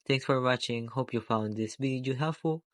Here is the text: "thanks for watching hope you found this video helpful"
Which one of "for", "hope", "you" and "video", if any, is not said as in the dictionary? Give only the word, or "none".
video